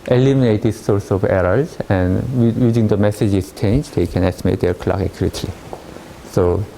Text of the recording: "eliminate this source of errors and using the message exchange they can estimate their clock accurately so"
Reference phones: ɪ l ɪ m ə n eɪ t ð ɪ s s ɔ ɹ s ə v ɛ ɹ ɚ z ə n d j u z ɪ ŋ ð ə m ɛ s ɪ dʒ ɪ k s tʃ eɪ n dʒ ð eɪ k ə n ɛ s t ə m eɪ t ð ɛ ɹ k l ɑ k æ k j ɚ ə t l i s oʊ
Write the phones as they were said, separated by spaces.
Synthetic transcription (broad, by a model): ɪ l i m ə n eɪ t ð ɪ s s ɔ ɹ s ə v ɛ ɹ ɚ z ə n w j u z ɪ ŋ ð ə m ɛ s ɪ dʒ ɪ s tʃ eɪ n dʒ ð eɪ k ə n ɛ s t ə m eɪ t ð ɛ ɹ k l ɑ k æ k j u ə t i s oʊ